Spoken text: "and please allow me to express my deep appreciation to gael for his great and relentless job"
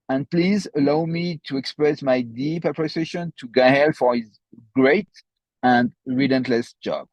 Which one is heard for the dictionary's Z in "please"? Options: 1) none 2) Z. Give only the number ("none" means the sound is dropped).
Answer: 2